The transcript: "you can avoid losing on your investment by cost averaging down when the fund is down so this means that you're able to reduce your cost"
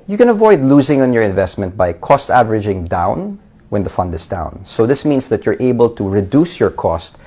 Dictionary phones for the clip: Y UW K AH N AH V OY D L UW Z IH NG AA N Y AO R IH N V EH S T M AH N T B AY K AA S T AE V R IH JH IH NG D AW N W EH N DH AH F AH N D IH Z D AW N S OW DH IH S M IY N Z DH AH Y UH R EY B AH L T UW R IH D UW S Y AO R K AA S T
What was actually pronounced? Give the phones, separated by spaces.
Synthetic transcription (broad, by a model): Y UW K AH N AH V OY D L UW Z IH NG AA N Y AO R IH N V EH S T M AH N T B AY K AA S T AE V R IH JH IH NG D AW N W EH N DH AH F AH N D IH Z D AW N S OW DH IH S M IY N S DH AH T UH R EY B AH L T UW R IH D UW S Y AO R K AA S T